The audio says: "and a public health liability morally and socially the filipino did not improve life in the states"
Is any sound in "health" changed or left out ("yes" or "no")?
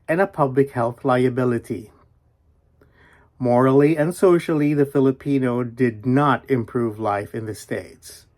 no